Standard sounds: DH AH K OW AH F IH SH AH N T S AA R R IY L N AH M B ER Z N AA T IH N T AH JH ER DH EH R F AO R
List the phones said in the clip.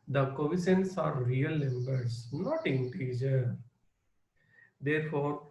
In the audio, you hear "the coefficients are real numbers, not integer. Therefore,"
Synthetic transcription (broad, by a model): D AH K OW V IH S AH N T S AA R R IY L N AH M B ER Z N AA T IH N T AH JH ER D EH R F AO R